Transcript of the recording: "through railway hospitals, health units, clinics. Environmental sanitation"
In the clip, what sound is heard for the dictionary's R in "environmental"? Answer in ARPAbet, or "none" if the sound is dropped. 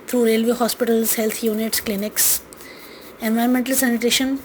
none